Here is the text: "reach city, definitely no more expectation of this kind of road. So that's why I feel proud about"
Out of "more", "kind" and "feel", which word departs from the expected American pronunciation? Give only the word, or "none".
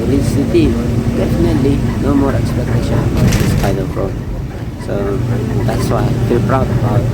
kind